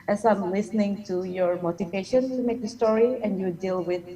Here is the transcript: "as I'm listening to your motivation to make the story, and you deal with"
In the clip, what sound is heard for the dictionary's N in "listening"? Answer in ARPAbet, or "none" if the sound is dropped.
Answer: N